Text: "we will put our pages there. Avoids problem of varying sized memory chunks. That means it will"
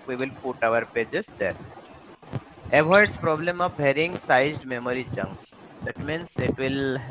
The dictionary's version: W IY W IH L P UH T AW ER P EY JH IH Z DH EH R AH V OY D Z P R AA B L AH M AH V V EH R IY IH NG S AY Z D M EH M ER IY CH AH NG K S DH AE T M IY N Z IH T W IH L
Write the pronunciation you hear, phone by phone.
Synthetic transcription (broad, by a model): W IY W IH L P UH T AW ER P EY JH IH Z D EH R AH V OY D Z P R AA B L AH M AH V B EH R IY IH NG S AY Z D M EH M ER IY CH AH NG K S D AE T M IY N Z IH T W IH L